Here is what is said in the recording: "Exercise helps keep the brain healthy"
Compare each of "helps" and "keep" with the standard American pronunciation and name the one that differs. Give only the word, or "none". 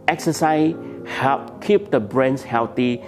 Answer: helps